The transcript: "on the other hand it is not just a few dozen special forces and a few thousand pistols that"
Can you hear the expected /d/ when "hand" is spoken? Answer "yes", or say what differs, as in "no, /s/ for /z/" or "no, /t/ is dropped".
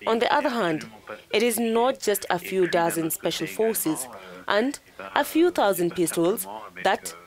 yes